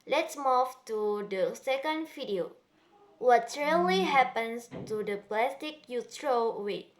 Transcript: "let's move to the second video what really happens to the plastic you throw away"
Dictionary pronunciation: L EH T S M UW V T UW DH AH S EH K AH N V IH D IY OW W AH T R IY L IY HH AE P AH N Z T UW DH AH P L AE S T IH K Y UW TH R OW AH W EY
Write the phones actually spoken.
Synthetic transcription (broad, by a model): L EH T S M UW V T UW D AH S EH K AH N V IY D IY OW W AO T R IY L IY HH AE P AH N S T UW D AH P L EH S T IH K Y UW T R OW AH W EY